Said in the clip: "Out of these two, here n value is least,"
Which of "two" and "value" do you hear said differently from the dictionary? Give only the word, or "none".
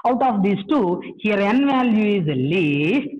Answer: none